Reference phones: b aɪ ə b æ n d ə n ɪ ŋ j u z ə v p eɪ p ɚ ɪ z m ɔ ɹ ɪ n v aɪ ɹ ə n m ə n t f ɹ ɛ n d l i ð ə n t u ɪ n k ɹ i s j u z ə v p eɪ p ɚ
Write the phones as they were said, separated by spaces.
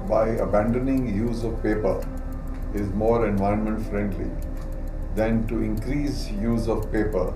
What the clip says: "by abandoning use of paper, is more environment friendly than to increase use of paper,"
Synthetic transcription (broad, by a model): b aɪ ə b æ n d ə n ɪ ŋ j u z ə v p eɪ p ɚ ɪ z m ɔ ɹ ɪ n v aɪ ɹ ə n m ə n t f ɹ ɛ n d l i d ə n t u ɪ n k ɹ i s j u z ə v p eɪ p ɚ